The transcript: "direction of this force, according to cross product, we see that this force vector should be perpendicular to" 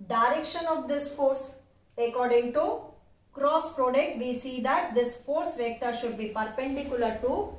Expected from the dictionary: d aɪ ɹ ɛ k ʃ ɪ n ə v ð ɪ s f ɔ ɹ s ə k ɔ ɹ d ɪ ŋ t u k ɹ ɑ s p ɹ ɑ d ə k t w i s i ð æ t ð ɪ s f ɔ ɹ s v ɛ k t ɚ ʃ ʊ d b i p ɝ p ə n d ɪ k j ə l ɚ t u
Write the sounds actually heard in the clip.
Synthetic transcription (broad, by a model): d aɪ ɹ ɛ k ʃ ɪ n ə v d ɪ s f ɔ ɹ s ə k ɔ ɹ d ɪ ŋ t u k ɹ ɑ s p ɹ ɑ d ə k t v i s i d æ t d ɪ s f ɔ ɹ s v ɛ k t ɚ ʃ ʊ d b i p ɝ p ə n d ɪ k j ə l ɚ t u